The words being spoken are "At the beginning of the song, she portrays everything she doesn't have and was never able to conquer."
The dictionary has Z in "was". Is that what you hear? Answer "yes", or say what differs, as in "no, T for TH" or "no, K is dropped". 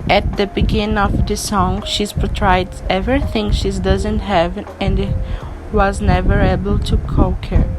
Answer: yes